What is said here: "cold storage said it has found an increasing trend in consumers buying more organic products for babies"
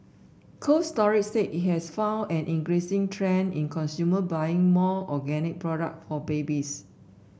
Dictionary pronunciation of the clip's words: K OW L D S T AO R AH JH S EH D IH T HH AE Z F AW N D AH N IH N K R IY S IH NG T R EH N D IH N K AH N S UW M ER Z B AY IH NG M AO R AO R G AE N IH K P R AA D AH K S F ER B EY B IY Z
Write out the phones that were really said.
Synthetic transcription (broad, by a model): K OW S T AO R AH CH S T IH T HH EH S F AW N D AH N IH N K R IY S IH NG T R EH N IH N K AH N S UW M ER B AY IH NG M AO AO G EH N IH K P R AA D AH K F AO B EY B IY S